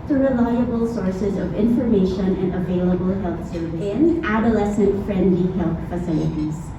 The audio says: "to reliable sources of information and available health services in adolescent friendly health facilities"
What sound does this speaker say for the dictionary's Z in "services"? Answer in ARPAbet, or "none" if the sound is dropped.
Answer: none